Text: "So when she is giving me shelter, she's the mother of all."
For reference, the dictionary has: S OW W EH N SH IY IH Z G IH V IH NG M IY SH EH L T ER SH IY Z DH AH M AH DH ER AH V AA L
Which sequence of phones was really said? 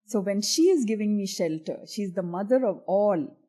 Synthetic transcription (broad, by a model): S OW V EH N SH IY IH Z G IH V IH NG M IY SH EH L T ER SH IY Z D AH M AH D ER AH V AA L